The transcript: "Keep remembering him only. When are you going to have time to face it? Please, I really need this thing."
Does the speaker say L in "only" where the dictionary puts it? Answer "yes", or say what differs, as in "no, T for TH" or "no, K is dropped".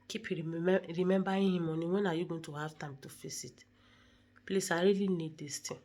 no, L is dropped